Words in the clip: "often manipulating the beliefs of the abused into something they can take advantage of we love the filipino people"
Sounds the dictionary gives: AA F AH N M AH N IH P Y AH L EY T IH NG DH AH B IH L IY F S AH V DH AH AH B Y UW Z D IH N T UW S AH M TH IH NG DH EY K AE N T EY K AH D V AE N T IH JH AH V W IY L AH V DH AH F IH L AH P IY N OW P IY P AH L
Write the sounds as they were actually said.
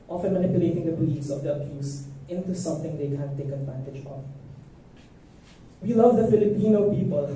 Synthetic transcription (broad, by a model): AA F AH N M AH N IH P Y AH L EY T IH NG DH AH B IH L IY S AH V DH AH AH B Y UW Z IH N T UW S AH M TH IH NG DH EY K AE N T EY K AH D V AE N T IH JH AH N W IY L AH V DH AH F IH L AH P IY N OW P IY P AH L